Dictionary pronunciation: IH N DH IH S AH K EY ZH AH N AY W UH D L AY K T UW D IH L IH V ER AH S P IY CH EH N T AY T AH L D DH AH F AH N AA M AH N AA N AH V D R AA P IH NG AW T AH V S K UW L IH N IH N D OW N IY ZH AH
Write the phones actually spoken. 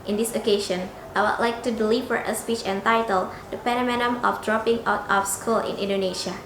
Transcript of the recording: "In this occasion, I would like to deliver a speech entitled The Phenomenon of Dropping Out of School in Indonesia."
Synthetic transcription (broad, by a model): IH N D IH S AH K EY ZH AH N AY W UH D L AY K T UW D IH L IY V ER AH S P IY CH EH N T AY T AH L D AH P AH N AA M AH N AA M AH F D R AA P IH NG AW T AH F S K UW L IH N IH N D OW N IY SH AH